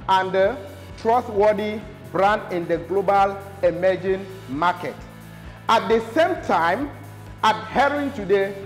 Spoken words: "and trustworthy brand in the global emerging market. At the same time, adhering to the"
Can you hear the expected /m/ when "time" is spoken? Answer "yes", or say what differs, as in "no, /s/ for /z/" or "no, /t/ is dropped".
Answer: yes